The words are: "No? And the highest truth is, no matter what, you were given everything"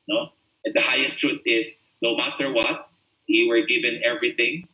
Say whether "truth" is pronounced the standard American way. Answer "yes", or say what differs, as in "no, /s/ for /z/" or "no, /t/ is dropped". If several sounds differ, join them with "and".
no, /t/ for /θ/